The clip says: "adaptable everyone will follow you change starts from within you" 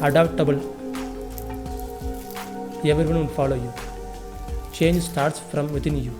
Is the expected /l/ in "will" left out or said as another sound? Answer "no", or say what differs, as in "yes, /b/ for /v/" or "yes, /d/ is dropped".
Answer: yes, /n/ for /l/